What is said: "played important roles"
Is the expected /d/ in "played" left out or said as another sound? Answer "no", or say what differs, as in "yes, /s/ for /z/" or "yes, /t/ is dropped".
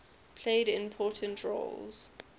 no